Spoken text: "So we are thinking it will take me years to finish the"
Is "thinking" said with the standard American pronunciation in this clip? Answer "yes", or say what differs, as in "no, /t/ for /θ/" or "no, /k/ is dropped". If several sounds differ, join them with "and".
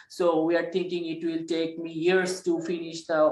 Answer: no, /t/ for /θ/